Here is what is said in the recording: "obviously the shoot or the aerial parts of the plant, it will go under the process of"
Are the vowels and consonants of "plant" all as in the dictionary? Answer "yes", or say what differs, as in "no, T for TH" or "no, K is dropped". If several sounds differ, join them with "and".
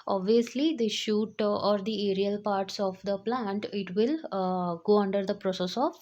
yes